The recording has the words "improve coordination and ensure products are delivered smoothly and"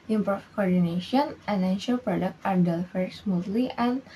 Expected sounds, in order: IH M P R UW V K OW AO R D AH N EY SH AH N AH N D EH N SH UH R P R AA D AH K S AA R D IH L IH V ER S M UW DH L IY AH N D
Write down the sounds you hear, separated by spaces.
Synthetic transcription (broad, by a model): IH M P R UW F K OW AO R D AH N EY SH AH N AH N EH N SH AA L P R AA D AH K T AA R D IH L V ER S M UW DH L IY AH N